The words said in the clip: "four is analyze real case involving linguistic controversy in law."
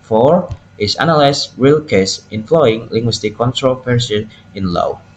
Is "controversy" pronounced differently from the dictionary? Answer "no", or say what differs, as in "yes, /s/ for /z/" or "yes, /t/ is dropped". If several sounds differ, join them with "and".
yes, /p/ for /v/